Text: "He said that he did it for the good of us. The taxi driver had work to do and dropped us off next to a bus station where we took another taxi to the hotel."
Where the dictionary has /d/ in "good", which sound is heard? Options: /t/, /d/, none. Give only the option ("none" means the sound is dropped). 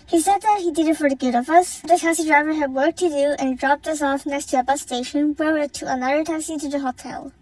/d/